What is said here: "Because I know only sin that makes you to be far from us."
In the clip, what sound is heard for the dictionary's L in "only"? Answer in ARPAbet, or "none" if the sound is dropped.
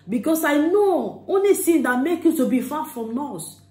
L